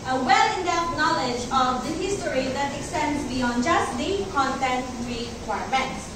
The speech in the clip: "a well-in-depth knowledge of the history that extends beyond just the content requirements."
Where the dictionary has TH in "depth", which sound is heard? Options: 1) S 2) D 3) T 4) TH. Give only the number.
3